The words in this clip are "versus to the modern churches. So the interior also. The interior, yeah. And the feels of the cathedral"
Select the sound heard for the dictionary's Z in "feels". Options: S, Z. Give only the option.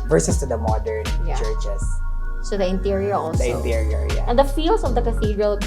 S